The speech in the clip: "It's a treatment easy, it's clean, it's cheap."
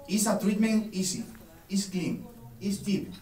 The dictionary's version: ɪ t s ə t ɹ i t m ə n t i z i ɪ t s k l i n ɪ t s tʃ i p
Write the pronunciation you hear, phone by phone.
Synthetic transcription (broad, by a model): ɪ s ə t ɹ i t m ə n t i s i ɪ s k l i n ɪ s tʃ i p